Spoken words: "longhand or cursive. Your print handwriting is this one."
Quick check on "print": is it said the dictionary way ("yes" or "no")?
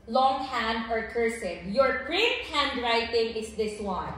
no